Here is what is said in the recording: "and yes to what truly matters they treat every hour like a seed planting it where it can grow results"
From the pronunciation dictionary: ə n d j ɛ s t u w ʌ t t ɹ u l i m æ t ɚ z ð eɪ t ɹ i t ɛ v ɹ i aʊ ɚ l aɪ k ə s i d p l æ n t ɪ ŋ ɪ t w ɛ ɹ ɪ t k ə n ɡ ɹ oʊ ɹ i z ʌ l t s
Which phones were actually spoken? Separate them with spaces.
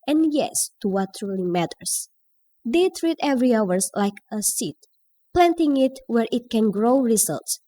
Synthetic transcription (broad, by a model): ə n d j ɛ s t u w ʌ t t ɹ u l i m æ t ɚ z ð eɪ t ɹ i t ɛ v ɹ i aʊ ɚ l aɪ k ə s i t p l æ n t ɪ ŋ ɪ t w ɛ ɹ ɪ t k ə n ɡ ɹ oʊ ɹ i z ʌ l t s